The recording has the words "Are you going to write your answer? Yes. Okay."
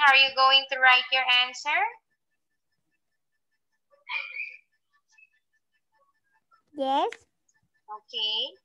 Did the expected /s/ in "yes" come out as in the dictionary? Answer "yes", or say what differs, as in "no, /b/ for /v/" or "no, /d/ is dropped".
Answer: yes